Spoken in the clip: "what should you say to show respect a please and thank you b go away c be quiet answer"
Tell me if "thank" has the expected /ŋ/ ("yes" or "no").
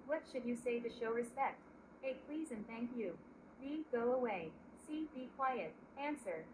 yes